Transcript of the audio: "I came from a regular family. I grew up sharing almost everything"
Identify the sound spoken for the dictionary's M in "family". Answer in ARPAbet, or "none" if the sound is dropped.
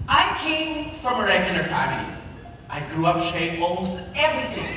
none